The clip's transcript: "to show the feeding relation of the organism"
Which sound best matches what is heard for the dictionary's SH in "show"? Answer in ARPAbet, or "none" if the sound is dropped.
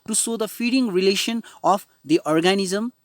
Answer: S